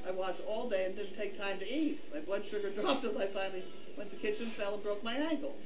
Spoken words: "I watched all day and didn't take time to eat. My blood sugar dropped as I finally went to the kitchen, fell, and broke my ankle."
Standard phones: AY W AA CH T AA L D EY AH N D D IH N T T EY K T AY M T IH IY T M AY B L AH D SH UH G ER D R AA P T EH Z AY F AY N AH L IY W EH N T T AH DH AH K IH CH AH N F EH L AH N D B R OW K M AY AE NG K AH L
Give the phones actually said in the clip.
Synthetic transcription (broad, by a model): AY W AA CH AA L D EY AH N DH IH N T T EY K T AY M T IH IY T M AY B L AH D SH UH G ER D R AA P T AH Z AY F AY N L IY W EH N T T DH AH K IH CH AH N F EH L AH N B R OW K M AY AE NG K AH L